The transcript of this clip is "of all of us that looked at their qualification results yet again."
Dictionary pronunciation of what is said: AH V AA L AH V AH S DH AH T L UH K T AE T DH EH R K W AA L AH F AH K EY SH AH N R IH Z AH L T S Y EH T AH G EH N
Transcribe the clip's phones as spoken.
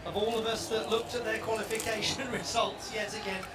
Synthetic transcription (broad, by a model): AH V AA L AH V AH S DH AH T L UH K T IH T DH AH R K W AA L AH F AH K EY SH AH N R IH Z AH L T S Y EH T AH G EH N